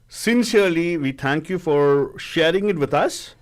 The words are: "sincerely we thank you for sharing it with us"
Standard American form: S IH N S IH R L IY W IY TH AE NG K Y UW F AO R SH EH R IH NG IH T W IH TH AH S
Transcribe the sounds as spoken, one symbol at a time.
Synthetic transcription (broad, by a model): S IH N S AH R L IY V IY T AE NG K Y UW F AO R SH EH R IH NG IH T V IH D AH S